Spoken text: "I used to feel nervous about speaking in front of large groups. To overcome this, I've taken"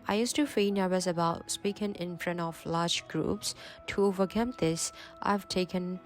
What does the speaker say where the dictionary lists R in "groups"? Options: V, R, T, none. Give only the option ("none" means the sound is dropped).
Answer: R